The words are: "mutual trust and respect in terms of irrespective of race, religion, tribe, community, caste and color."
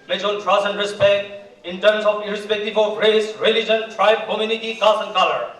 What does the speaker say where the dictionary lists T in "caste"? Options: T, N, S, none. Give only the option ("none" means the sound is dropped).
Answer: none